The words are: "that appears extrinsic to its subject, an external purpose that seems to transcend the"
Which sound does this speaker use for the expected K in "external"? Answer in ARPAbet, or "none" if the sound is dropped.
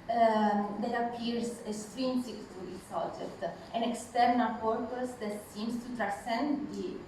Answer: K